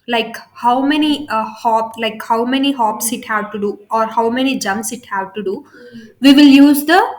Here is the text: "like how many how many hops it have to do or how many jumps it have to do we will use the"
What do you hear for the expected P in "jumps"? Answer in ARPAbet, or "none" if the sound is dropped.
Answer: none